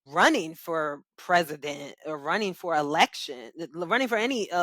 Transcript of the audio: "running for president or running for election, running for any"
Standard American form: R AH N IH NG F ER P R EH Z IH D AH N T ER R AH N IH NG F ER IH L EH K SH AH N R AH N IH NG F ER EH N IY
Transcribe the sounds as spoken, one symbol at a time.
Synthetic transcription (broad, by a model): R AH N IH NG F ER P R EH Z IH D AH N T ER R AH N IH NG F ER IH L EH K SH AH N R AH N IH NG F ER EH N IY